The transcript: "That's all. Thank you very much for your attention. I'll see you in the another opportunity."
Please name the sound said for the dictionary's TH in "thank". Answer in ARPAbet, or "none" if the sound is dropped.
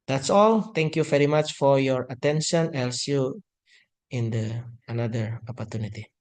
T